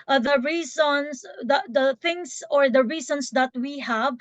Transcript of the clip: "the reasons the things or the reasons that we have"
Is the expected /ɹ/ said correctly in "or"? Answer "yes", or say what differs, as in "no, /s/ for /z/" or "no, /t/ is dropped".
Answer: yes